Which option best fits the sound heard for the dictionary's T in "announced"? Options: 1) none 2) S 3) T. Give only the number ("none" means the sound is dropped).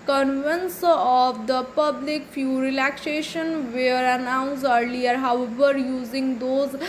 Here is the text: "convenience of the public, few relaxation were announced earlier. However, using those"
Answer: 1